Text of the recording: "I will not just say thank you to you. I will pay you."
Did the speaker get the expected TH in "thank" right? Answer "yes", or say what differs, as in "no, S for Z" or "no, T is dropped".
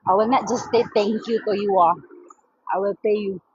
no, T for TH